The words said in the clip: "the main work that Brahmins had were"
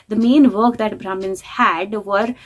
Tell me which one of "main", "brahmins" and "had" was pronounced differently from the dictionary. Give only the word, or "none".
none